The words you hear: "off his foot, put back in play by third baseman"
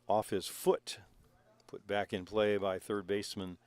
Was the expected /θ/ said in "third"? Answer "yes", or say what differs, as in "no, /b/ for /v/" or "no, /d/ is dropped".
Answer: yes